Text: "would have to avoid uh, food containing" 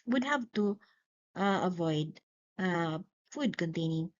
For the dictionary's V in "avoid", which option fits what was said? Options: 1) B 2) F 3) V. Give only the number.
3